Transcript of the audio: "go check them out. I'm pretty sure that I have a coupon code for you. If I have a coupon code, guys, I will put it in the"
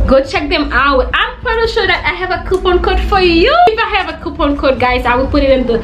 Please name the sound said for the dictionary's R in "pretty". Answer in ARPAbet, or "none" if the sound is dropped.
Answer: none